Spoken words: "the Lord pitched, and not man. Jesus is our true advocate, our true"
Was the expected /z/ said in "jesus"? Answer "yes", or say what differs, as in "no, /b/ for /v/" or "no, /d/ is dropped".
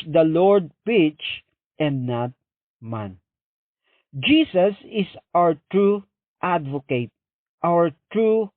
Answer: no, /s/ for /z/